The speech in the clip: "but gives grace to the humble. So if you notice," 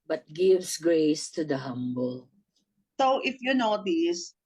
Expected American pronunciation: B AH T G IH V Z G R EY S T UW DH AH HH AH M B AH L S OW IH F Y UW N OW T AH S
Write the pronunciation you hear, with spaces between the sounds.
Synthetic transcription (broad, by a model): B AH T G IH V S G R EY S T UW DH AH HH AH M B AH L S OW IH F Y UW N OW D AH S